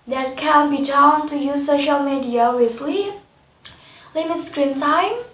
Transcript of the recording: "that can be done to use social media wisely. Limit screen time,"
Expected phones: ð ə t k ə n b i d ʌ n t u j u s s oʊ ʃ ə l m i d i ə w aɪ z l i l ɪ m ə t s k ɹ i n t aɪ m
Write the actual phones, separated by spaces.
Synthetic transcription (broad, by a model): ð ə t k ə n b i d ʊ n t u j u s s oʊ ʃ ə l m i d i ə w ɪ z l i l ɪ m ə t s k ɹ i n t aɪ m